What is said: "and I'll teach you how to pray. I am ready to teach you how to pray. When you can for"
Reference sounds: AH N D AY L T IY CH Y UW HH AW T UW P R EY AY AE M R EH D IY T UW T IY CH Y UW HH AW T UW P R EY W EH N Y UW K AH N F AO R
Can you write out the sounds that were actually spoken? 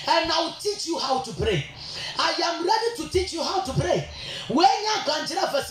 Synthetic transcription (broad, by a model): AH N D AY W T IY CH Y UW HH AW T UW P R EY AY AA M R EH D IY T UW T IY CH Y UW HH AW T UW P R EY W EH N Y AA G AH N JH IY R